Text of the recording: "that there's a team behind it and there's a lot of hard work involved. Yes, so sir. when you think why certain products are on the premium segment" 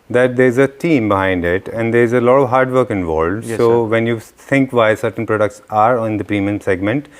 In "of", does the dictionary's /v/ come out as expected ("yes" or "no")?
yes